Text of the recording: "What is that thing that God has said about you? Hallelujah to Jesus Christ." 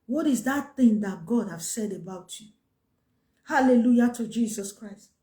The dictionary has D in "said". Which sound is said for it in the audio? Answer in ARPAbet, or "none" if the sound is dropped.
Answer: D